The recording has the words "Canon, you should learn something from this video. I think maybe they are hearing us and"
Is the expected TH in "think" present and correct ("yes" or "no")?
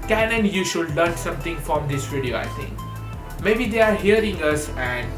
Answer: no